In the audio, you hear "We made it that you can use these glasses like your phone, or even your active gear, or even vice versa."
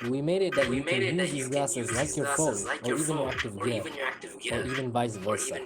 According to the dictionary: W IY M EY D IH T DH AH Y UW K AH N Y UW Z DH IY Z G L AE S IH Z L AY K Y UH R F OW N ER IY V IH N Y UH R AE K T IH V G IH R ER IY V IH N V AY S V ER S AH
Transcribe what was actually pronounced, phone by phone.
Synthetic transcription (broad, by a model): W IY M EY D IH T DH AH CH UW K AH N Y UW Z DH IY Z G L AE S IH Z L AY K Y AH R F OW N ER IY V IH N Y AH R AE K T IH V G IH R ER IY V IH N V AY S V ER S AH